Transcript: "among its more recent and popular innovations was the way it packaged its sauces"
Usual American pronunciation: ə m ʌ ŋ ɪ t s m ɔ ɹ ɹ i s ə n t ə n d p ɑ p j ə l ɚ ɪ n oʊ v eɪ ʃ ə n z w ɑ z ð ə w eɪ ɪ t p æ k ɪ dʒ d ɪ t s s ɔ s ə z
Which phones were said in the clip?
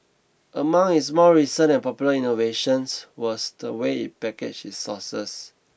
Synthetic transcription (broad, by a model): ə m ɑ ŋ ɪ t s m ɔ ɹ ɹ i s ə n ə n p ɑ p j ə l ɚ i n oʊ v eɪ ʃ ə n s w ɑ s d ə w eɪ ɪ t p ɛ k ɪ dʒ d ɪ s s ɔ s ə s